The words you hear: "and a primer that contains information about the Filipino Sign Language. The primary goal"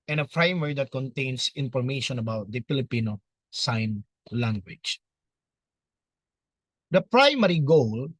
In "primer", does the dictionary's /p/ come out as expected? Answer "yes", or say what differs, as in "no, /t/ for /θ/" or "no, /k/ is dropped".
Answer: no, /f/ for /p/